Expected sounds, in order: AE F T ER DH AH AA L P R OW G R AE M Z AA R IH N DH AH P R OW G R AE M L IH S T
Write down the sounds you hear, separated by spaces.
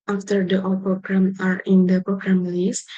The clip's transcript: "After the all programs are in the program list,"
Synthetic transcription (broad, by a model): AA F T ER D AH AA L P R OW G R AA M AA R IH N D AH P R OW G R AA M L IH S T